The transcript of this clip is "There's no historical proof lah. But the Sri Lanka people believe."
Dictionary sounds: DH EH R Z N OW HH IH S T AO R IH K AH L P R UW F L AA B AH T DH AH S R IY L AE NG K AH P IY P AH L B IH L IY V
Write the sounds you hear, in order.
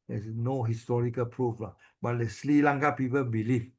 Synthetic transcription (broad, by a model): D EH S N OW HH IH S T AO R IH K AH L P R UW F L AA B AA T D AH S L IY L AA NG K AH P IY P AH L B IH L IY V